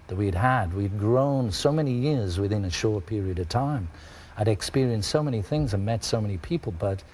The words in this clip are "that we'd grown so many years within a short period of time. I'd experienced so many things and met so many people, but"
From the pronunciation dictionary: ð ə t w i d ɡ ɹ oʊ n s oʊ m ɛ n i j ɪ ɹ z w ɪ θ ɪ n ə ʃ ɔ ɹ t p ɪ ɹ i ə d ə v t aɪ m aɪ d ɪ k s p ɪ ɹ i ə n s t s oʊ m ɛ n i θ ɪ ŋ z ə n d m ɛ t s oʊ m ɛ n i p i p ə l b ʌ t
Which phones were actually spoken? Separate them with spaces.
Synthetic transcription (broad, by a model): ð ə t w i d ɡ ɹ oʊ n s oʊ m ɛ n i j ɪ ɹ z w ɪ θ ɪ n ə ʃ ɔ ɹ t p ɪ ɹ i ə d ə v t aɪ m aɪ d ɪ k s p ɪ ɹ i ə n s t s oʊ m ɛ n i θ ɪ ŋ z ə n m ɛ t s oʊ m ɛ n i p i p l b ʌ t